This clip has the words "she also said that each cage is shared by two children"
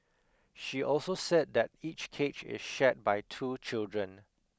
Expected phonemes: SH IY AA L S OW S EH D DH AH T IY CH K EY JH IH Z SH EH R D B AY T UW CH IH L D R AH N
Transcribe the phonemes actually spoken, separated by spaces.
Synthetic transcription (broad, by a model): SH IY AA L S OW S EH D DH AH T IY CH K EY CH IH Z SH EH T B AY T UW CH IH L D R AH N